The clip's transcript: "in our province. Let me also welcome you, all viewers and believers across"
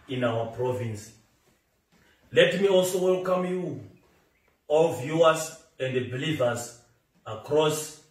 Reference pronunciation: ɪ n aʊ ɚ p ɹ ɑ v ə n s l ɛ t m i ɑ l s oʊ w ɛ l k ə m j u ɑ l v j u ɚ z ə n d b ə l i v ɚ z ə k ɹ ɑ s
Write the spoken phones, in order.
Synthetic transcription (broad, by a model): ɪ n aʊ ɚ p ɹ ɑ v ə n s l ɛ t m i ɑ l s oʊ w ɛ l k ə m j u ɑ l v j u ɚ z ə n d b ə l i v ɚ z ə k ɹ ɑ s